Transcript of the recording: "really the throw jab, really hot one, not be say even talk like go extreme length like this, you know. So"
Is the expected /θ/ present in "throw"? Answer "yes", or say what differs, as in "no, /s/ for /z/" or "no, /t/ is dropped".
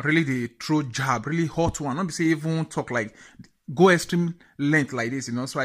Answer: no, /t/ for /θ/